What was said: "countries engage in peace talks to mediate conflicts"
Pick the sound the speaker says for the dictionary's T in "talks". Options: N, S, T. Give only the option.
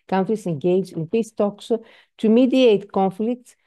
T